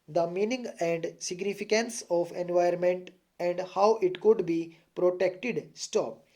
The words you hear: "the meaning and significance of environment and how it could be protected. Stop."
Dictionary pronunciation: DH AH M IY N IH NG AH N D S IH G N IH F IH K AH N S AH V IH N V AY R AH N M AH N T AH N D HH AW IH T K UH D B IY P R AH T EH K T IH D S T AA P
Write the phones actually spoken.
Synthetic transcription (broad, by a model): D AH M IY N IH NG AH N D S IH G N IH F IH K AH N S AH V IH N V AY AH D M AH N T AH N D HH AW IH T K UH D B IY P R AH T EH K T IH D S T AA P